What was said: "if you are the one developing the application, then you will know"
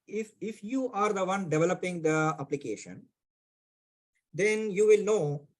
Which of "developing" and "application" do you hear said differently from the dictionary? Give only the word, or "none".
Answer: none